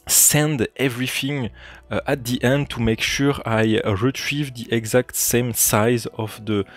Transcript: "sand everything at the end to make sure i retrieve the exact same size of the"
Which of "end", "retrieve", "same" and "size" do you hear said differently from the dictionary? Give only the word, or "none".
none